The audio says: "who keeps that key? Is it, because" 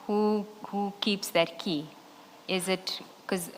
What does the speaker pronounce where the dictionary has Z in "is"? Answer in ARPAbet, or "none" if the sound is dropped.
Z